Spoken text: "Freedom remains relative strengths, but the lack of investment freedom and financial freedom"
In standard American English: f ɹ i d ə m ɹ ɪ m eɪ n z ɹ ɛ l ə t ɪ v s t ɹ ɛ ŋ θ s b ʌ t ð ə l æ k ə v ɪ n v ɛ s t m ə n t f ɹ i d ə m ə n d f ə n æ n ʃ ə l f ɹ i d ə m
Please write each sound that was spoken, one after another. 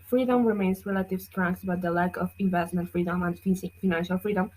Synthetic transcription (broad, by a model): f ɹ i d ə m ɹ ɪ m eɪ n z ɹ ɛ l ə t ɪ v s t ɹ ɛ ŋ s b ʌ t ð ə l æ k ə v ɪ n v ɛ s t m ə n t f ɹ i d ə m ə n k f ə n æ n ʃ ə l f ɹ i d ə m